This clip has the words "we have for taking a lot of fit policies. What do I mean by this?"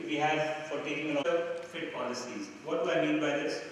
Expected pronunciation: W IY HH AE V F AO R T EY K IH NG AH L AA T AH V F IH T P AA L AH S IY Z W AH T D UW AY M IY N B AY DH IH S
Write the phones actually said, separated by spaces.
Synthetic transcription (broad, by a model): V IY HH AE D F AO R T EY K IH NG AH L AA AH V F IH T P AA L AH S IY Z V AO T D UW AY M IY N B AY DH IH S